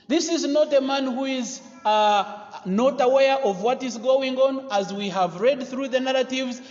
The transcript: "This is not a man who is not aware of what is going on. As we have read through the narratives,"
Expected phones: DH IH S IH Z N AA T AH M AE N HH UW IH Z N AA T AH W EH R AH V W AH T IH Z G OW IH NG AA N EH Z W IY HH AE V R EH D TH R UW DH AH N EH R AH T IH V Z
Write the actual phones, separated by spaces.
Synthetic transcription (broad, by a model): DH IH S IH Z N AA T AH M AE N HH UW IH Z N AA T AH W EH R AH V W AH T IH Z G OW IH NG AA N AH Z W IY HH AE V R EH D TH R UW DH AH N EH R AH T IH V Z